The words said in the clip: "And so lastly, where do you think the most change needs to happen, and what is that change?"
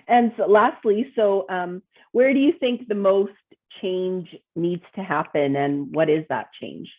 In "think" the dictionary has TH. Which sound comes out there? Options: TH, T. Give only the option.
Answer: TH